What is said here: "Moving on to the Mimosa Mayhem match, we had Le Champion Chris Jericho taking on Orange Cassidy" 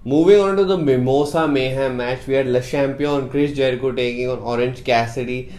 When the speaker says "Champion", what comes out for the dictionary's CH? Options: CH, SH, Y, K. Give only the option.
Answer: SH